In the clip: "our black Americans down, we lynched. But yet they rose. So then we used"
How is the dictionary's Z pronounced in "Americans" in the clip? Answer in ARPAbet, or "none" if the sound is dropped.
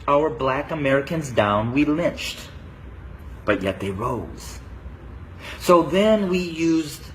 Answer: Z